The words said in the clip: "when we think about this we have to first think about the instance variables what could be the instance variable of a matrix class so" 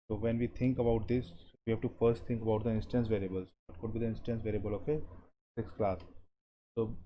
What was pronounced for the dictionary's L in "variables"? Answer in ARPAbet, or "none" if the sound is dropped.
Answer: L